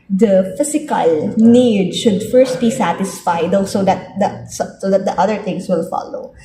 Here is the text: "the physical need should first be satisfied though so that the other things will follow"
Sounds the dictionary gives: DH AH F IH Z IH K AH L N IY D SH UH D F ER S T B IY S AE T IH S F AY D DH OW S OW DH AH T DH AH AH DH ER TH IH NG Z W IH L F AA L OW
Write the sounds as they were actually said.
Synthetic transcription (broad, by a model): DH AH F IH S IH K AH L N IY D SH UH D F ER S T B IY S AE T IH S F AY D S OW S OW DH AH T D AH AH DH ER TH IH NG S W IH L F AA L OW